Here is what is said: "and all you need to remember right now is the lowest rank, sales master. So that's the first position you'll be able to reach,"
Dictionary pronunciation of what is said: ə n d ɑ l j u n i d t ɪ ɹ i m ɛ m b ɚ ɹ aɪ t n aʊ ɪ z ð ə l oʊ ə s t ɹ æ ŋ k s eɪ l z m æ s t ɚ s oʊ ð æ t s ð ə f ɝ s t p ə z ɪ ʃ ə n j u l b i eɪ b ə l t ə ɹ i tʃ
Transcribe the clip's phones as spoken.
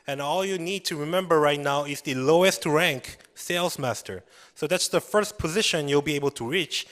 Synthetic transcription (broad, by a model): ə n ɑ l j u n i d t ɪ ɹ i m ɛ m b ɚ ɹ aɪ t n aʊ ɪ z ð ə l oʊ ə s t ɹ æ ŋ k s eɪ l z m æ s t ɚ s oʊ ð æ t s ð ə f ɝ s t p ə z ɪ ʃ ə n j u l b i eɪ b ə l t ə ɹ i tʃ